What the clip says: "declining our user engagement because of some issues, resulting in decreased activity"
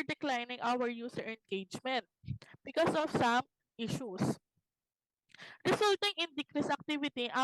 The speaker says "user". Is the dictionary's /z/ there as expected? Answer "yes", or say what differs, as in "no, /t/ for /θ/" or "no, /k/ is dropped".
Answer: no, /s/ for /z/